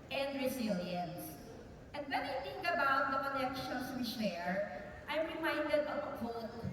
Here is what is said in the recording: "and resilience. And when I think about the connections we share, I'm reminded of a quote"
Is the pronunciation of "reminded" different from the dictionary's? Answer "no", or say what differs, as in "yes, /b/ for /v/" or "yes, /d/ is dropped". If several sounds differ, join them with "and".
no